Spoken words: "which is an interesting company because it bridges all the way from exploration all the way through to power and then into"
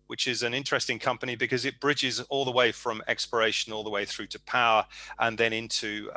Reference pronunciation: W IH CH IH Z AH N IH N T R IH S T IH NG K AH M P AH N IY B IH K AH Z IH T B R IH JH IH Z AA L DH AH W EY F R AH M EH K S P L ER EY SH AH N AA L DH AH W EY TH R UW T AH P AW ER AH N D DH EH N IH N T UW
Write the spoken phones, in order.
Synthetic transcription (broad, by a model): W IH CH IH Z AH N IH N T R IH S T IH NG K AH M P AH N IY B IH K AH Z IH T B R IH JH IH Z AA L DH AH W EY F R AH M EH K S P ER EY SH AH N AA L DH AH W EY TH R UW T AH P AW ER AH N DH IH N IH N T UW